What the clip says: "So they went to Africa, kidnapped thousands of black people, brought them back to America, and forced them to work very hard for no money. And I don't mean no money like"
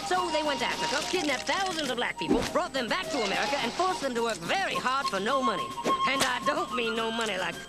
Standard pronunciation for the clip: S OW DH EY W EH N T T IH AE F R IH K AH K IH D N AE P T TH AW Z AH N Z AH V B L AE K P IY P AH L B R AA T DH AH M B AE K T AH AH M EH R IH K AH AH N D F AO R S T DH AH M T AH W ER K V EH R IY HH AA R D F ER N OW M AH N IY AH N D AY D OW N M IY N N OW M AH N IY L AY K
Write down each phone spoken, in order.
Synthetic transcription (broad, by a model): S OW DH EY W EH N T T IH AE F R IH K AH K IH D N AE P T TH AW Z AH N Z AH V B L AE K P IY P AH L B R AA T DH AH M B AE K T AH AH M EH R IH K AH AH N F AO R S DH AH M T AH W ER K V EH R IY HH AA R D F ER N OW M AH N IY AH N AY D OW N M IY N N OW M AH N IY L AY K